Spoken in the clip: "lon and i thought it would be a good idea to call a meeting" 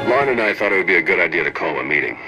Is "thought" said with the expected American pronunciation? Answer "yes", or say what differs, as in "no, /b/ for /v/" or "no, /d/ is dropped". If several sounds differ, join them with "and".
yes